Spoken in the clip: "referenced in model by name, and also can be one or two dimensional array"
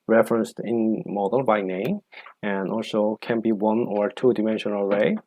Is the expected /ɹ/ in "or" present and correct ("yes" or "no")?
yes